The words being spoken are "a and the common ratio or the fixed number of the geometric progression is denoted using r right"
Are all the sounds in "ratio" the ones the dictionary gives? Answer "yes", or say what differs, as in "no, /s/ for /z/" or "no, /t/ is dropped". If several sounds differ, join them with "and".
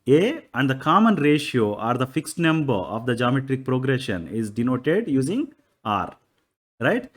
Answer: yes